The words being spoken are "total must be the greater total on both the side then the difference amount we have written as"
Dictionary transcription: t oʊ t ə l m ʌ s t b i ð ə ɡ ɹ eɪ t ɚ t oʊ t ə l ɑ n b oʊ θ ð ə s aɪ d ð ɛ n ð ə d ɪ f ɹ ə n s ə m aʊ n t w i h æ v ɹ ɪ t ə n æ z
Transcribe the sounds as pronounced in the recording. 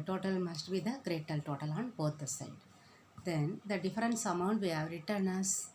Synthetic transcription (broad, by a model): t oʊ t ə l m ʌ s t b i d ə ɡ ɹ eɪ t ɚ t oʊ t ə l ɑ n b oʊ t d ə s aɪ d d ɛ n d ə d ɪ f ɹ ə n s ə m aʊ n t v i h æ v ɹ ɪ t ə n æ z